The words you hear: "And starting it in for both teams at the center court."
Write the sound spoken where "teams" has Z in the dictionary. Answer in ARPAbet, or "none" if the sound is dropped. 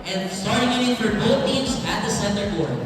Z